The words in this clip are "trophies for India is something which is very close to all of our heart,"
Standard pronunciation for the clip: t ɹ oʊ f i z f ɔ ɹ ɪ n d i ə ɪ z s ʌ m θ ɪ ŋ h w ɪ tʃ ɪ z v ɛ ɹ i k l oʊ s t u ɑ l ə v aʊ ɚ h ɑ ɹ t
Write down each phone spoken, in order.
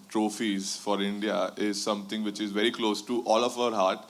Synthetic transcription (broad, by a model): t ɹ oʊ f i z f ɔ ɹ ɪ n d i ə ɪ z s ʌ m t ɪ ŋ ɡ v ɪ tʃ ɪ z v ɛ ɹ i k l oʊ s t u ɑ l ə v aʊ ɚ h ɑ ɹ t